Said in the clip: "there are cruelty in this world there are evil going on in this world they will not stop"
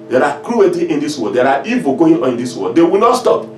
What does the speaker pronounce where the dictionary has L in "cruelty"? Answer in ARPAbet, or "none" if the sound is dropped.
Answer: W